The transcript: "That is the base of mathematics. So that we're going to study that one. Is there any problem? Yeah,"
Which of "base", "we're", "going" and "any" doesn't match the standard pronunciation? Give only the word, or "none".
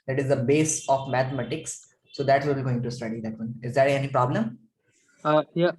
we're